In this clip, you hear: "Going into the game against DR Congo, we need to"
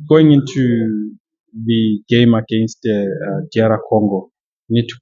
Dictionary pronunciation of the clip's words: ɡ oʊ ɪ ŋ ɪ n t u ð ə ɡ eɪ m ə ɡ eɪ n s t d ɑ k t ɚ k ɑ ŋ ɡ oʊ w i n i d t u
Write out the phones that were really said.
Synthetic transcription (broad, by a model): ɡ oʊ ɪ ŋ ɪ n t u ð ə ɡ eɪ m ə ɡ eɪ n s t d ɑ t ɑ k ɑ ŋ ɡ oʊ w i n i d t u